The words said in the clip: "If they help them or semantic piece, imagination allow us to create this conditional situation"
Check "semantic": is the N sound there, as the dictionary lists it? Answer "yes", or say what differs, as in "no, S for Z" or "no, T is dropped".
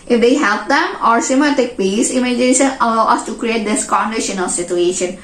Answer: no, N is dropped